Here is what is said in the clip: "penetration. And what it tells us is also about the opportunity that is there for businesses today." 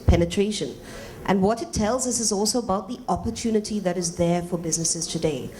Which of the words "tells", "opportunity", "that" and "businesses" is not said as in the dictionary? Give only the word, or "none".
none